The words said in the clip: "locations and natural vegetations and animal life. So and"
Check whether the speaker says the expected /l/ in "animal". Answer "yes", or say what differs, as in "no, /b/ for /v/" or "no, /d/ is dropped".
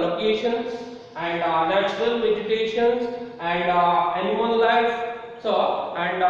no, /n/ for /l/